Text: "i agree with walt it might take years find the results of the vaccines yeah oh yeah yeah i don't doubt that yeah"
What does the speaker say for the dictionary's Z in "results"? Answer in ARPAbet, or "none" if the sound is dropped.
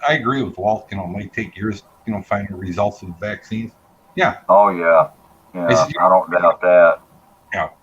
Z